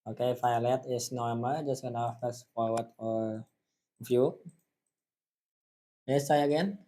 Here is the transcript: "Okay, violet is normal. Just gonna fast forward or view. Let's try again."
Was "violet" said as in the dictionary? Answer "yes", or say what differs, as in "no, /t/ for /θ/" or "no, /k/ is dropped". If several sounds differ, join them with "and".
no, /f/ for /v/